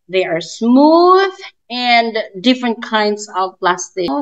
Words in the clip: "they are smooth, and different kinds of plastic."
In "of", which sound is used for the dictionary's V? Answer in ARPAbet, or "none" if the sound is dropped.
V